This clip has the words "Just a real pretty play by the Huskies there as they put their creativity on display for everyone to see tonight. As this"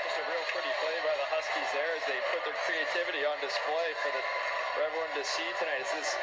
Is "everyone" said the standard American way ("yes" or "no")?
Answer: no